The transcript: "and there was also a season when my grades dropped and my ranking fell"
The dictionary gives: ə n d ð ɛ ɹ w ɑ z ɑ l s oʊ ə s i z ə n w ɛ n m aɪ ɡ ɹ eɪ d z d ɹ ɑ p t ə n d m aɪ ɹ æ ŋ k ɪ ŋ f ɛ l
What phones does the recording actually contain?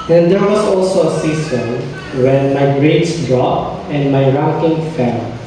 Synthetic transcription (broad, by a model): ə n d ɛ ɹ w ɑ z ɑ l s oʊ ə s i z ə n w ɛ n m aɪ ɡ ɹ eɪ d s d ɹ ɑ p ə n d m aɪ ɹ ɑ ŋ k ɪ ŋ f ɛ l